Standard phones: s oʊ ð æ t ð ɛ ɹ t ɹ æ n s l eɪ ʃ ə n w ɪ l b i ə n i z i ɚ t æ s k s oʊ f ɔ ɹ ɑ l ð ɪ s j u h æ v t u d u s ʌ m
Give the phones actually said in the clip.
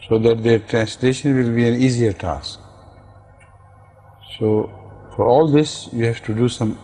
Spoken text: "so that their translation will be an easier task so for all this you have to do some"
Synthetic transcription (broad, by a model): s oʊ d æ t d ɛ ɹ t ɹ æ n s l eɪ ʃ ə n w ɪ l b i ə n i z i ɚ t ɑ s k s oʊ f ɔ ɹ ɑ l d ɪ s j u h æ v t u d u s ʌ m